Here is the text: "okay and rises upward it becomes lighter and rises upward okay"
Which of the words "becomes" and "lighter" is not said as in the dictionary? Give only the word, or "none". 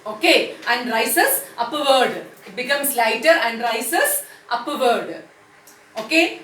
becomes